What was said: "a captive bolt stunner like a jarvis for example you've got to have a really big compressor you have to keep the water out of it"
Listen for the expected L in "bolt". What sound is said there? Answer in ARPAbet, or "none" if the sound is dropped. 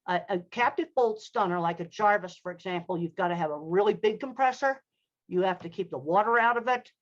L